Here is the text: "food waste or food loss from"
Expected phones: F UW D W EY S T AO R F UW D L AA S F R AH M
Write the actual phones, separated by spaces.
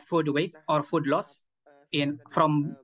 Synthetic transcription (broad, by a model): F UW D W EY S AO R F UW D L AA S F R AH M